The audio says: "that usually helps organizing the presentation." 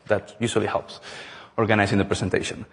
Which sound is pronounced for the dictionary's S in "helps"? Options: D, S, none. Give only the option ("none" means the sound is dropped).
S